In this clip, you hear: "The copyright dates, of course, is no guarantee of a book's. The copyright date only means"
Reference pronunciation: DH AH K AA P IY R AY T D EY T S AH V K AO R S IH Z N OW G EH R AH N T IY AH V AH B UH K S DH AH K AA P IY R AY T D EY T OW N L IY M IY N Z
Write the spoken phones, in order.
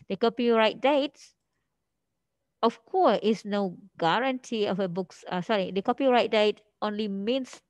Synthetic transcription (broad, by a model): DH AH K AA P IY R AY T D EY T AH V K AO S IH S N OW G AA R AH N T IY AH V AH B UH K S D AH K AA P IY R AY T D EY T OW N L IY M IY N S